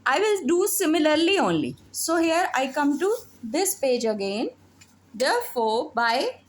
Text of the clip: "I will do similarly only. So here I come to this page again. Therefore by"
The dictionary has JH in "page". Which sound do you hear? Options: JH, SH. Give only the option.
JH